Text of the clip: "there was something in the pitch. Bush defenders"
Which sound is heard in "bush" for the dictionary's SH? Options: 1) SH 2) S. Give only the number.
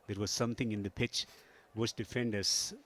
2